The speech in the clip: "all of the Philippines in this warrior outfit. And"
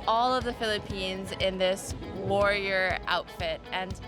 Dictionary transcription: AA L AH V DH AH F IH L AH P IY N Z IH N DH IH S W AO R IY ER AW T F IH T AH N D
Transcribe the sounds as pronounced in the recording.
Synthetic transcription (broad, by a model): AA L AH V DH AH F IH L AH P IY N Z IH N DH IH S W AO R IY ER AW T F IH T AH N